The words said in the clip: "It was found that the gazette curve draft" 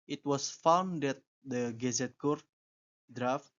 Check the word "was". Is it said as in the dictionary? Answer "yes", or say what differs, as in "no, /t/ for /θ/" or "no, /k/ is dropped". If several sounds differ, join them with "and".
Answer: no, /s/ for /z/